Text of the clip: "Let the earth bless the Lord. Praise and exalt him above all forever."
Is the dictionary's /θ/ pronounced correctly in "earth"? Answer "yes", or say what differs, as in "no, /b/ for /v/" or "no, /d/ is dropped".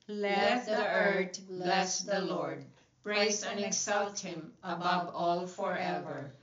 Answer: no, /t/ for /θ/